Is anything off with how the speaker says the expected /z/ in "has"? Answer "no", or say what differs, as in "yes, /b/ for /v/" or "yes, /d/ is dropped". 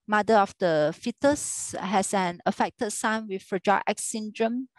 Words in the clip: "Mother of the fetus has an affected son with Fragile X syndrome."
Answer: yes, /s/ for /z/